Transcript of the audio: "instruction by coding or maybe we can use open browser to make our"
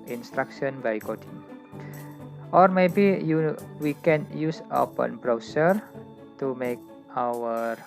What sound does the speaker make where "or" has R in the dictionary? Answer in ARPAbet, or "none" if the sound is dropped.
R